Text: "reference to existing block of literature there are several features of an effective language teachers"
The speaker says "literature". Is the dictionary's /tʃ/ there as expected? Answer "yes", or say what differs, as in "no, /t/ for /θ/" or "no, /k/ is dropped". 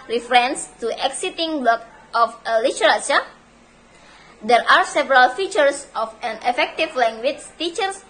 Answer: no, /s/ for /tʃ/